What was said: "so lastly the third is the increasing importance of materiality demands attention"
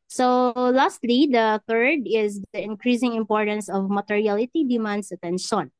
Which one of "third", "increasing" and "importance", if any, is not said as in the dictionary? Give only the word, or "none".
none